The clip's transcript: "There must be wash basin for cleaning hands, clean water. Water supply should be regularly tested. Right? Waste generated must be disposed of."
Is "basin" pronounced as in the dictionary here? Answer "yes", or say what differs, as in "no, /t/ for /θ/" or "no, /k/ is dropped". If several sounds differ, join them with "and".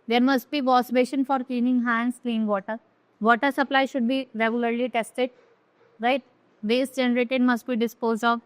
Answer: no, /ʃ/ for /s/